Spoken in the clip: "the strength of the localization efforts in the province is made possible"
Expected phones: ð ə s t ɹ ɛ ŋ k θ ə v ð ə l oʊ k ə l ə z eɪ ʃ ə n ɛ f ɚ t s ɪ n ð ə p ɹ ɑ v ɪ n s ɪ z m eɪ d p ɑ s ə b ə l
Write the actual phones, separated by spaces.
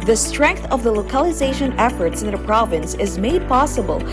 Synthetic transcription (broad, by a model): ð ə s t ɹ ɛ ŋ k θ ə v ð ə l oʊ k ə l ə z eɪ ʃ ə n ɛ f ɚ t s ɪ n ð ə p ɹ ɑ v ɪ n s ɪ z m eɪ d p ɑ s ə b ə l